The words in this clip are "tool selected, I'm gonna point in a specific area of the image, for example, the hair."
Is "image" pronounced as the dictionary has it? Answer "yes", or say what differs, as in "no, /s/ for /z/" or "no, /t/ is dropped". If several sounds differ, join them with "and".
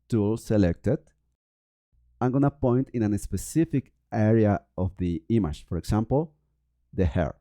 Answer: no, /ʃ/ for /dʒ/